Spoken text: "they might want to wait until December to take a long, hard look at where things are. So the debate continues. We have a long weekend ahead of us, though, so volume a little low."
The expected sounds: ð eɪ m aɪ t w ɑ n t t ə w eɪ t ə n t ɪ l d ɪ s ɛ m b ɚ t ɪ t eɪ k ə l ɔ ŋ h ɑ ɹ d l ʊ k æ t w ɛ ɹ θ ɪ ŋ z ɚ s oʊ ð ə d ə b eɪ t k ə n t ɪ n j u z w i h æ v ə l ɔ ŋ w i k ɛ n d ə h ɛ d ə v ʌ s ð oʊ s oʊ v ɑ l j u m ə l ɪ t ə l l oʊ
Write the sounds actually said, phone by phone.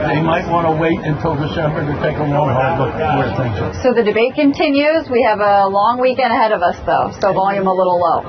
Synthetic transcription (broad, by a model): ð eɪ m aɪ t w ɑ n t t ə w eɪ t ə n t ɪ l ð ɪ ʃ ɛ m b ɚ t ɪ t eɪ k ə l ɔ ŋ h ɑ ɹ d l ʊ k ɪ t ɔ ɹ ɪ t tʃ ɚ s oʊ ð ə d ə b eɪ t k ə n t ɪ n j u z w i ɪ v ə l ɔ ŋ w i k ɛ n d ə h ɛ d ə v ʌ s ð oʊ s oʊ v ɑ l j u m ə l ɪ t l l oʊ